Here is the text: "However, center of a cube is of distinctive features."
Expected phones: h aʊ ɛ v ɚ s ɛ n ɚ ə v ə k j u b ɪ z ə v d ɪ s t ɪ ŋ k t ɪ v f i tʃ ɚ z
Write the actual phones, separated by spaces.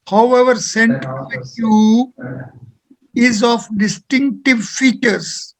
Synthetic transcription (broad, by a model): h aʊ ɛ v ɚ s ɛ n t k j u ɪ z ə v d ɪ s t ɪ ŋ k t ɪ v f i tʃ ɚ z